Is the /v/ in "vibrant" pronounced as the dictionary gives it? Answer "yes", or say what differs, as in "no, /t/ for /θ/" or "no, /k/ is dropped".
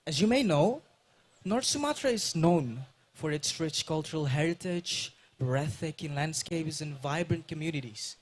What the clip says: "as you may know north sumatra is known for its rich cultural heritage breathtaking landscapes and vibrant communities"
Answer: yes